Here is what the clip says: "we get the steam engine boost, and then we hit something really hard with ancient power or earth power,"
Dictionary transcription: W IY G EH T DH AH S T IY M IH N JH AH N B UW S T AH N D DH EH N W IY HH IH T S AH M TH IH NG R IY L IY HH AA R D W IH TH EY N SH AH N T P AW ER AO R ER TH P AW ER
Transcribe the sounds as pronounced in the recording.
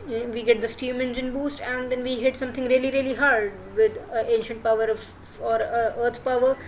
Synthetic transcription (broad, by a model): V IY G EH T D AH S T IY M IH N JH AH N B UW S T AH N D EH N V IY HH IH T S AH M T IH NG R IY L IY HH AA R D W IH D EY N SH AH N T P AW ER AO R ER T P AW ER